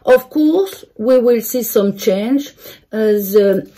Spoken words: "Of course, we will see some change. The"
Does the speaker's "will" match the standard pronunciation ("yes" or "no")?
yes